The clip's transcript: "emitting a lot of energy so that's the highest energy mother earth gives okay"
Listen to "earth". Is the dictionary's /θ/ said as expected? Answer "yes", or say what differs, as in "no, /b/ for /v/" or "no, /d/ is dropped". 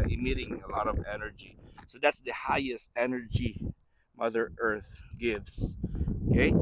yes